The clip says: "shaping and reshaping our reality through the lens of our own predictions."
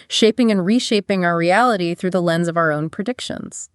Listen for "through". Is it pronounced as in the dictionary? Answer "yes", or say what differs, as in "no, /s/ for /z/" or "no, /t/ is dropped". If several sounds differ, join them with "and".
yes